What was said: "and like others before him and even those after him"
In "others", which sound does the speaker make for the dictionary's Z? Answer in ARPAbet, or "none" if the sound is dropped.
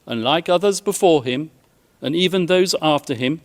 Z